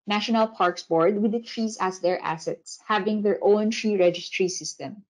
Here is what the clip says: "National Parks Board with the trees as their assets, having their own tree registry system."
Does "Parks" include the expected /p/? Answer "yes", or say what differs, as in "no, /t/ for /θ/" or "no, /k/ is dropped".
yes